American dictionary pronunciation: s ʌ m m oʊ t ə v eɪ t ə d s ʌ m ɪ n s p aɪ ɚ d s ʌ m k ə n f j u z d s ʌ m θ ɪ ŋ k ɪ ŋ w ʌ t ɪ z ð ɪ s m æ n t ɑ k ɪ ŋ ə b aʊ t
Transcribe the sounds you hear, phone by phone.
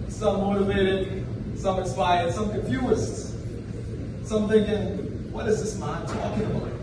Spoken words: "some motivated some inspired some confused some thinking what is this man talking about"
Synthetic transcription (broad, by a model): s ʌ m m oʊ t ə v eɪ t ə d s ʌ m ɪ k s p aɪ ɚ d s ʌ m k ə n f j u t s s ʌ m θ ɪ ŋ k ɪ ŋ w ʌ t ɪ z ð ɪ s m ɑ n t ɑ k ɪ ŋ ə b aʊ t